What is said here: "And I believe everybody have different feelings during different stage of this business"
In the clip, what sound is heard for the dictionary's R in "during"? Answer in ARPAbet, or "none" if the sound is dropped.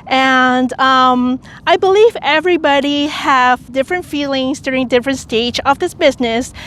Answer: R